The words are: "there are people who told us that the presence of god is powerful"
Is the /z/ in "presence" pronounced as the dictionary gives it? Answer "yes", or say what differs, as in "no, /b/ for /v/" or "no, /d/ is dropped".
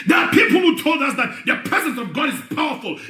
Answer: yes